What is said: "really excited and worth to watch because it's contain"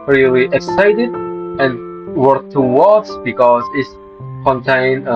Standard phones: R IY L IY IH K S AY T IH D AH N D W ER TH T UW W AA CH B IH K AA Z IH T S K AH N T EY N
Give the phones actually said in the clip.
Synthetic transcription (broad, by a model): R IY L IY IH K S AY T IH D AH N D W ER T UW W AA S B IH K AA Z IH T S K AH N T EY N